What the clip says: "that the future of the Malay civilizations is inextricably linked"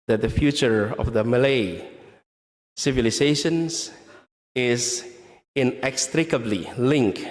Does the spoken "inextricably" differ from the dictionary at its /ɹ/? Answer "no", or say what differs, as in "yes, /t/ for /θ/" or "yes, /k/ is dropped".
no